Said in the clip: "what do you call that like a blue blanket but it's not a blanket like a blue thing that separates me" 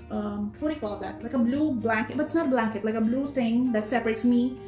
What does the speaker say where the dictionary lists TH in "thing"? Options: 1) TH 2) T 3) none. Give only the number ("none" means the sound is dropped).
2